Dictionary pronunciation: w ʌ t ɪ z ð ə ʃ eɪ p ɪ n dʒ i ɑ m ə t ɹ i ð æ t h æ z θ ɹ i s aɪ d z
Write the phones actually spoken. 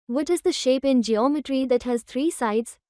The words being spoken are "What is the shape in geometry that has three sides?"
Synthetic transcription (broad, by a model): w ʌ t ɪ z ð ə ʃ eɪ p ɪ n dʒ i ɑ m ə t ɹ i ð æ t h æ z t ɹ i s aɪ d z